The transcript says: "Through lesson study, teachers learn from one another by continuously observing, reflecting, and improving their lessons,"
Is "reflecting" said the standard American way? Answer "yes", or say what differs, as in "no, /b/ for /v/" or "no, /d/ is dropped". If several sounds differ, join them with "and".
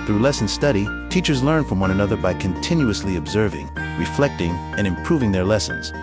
yes